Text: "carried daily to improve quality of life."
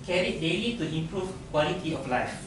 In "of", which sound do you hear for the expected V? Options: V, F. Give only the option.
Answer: F